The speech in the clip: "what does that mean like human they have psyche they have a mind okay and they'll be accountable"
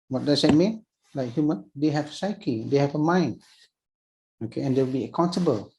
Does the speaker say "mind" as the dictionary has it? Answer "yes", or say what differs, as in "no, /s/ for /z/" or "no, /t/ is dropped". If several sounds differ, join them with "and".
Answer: no, /d/ is dropped